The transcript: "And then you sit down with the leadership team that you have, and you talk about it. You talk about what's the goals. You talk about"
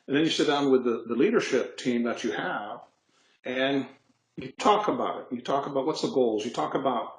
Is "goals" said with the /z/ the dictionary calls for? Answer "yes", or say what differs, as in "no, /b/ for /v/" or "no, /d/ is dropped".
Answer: yes